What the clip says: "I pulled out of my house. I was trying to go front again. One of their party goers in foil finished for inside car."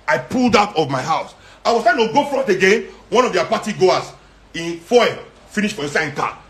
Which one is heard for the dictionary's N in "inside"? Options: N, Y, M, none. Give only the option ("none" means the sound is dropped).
none